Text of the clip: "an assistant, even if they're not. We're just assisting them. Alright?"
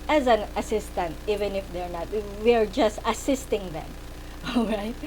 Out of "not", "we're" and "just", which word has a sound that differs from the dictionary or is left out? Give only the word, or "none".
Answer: none